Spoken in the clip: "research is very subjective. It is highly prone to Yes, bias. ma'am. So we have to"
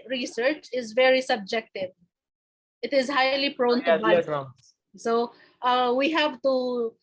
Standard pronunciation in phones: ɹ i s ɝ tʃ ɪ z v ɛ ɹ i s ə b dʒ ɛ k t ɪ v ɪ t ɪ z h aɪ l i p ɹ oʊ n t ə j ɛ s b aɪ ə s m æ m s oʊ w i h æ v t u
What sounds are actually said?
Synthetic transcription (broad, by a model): ɹ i s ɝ tʃ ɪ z v ɛ ɹ i s ə b dʒ ɛ k t ɪ v ɪ t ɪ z h aɪ l i p ɹ oʊ n t ə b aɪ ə s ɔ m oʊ w i h æ v t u